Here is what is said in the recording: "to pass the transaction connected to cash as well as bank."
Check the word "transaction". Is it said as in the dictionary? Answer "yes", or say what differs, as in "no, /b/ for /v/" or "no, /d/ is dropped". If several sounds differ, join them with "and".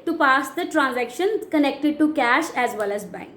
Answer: yes